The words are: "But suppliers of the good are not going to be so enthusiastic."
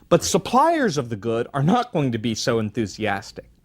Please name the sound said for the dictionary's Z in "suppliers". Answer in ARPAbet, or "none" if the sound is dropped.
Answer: Z